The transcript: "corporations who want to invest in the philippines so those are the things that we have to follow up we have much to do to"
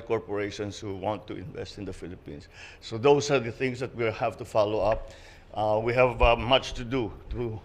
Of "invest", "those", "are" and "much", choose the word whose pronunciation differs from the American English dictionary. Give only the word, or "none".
those